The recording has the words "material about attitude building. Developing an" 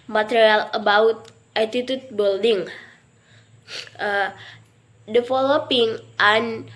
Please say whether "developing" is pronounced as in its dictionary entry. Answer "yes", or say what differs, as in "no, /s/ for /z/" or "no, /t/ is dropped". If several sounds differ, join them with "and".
no, /f/ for /v/